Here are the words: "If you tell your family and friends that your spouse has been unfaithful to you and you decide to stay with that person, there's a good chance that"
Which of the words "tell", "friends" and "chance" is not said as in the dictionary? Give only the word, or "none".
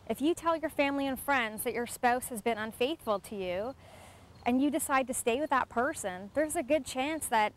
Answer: none